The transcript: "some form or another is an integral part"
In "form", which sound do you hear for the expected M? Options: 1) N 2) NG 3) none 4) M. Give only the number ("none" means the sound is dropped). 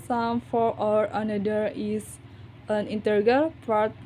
3